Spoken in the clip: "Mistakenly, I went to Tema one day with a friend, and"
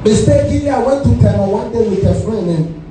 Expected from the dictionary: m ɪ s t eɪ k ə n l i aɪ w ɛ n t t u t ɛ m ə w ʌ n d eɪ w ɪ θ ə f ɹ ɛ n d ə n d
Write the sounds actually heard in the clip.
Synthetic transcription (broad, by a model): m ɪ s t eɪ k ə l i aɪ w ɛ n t t u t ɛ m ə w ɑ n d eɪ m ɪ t ə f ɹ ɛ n ə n